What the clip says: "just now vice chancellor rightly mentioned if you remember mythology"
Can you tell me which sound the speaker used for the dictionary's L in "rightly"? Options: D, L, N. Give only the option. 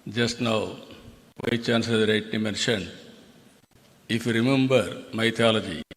N